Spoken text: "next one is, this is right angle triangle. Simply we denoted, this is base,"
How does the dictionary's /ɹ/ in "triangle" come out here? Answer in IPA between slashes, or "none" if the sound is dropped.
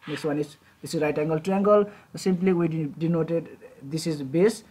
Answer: none